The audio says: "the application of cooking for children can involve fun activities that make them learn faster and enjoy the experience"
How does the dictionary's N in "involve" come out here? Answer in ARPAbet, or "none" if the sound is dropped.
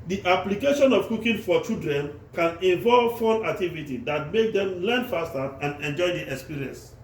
none